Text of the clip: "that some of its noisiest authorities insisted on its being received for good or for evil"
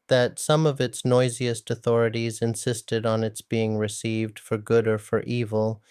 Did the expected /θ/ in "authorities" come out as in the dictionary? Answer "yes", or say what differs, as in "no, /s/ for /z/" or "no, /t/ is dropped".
yes